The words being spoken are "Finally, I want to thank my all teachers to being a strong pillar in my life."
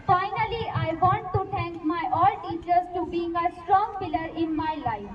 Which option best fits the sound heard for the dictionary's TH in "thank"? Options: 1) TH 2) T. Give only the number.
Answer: 2